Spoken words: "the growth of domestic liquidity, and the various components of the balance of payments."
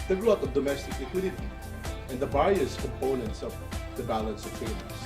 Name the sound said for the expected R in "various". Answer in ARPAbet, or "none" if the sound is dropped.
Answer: none